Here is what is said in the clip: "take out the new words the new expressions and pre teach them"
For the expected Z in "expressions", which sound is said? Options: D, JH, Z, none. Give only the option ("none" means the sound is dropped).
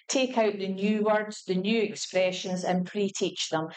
Z